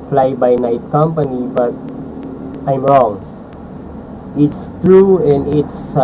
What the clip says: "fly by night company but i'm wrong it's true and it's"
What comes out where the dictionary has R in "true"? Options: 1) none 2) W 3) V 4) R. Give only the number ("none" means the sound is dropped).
4